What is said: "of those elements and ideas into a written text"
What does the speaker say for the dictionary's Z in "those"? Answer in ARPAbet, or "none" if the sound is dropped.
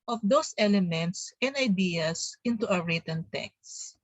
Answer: S